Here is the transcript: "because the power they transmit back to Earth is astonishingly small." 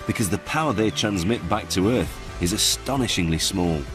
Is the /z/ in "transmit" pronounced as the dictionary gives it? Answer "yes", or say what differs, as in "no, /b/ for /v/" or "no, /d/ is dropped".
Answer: yes